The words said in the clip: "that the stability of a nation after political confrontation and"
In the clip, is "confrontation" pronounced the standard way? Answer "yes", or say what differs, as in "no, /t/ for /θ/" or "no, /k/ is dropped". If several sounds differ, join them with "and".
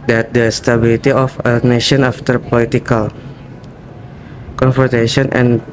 no, /ɹ/ is dropped